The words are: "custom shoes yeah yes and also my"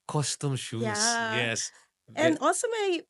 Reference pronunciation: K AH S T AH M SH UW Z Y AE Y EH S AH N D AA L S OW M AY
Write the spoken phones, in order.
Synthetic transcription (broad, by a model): K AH S T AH M SH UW Y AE Y EH S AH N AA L S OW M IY